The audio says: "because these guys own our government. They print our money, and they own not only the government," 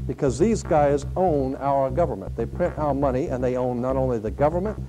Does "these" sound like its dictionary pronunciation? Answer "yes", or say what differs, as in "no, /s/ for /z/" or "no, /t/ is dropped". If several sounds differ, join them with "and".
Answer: yes